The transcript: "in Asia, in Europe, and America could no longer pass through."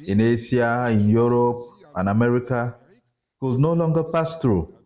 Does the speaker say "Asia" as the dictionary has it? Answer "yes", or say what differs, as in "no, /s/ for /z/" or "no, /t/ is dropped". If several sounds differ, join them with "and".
no, /s/ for /ʒ/